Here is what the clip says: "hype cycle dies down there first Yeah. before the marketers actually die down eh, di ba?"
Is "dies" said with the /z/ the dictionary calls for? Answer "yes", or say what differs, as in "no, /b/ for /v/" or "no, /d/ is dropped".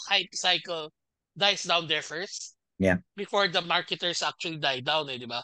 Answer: no, /s/ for /z/